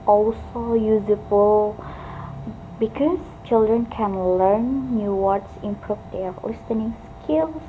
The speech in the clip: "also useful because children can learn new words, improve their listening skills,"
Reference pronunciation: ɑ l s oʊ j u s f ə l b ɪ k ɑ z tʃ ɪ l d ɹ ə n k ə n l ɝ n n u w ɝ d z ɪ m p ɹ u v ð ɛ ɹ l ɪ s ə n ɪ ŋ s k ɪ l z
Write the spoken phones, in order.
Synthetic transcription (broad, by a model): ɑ l s oʊ j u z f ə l b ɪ k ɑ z tʃ ɪ l d ɹ ə n k ə n l ɝ n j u w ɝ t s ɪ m p ɹ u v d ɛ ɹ l ɪ s ə n ɪ ŋ s k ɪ l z